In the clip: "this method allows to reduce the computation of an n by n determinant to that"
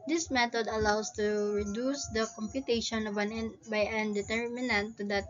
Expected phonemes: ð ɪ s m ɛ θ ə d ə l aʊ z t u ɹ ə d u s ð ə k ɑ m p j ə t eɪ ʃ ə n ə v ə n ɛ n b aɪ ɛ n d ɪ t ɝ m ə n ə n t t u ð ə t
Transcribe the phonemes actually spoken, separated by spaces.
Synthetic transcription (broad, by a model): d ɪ s m ɛ t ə d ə l aʊ s t u ɹ ə d u s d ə k ɑ m p j ə t eɪ ʃ ə n ə v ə n ɛ n b aɪ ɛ n d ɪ t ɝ m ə n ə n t t u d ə t